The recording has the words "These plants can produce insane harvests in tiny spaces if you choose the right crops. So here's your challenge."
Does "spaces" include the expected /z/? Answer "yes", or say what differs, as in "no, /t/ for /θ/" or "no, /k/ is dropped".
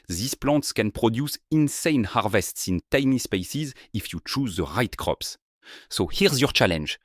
yes